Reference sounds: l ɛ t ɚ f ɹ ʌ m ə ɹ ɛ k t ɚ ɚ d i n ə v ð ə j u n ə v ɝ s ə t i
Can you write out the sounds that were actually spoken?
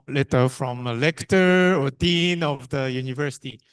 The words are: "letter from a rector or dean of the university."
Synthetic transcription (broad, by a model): l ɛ t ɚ f ɹ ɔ m ə l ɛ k t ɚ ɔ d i n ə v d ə j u n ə v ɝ s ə t i